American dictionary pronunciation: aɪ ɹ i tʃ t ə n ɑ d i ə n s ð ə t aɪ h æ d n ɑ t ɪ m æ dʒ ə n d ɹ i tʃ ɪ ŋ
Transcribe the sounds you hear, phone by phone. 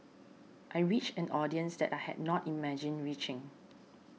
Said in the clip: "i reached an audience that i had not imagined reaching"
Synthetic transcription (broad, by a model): aɪ ɹ i tʃ ə n ɑ d i ə n s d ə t aɪ h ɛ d n ɑ t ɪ m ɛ dʒ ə n ɹ i tʃ ɪ ŋ